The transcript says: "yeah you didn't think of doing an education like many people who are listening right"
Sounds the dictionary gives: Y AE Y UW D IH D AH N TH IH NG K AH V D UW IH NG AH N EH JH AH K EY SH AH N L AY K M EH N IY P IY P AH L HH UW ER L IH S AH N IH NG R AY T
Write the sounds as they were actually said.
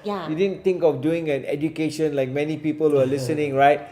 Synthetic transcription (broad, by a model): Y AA Y UW D IH D AH N T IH NG K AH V D UW IH NG AH N EH JH AH K EY SH AH N L AY K M EH N IY P IY P AH L HH UW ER L IH S AH N IH NG R AY T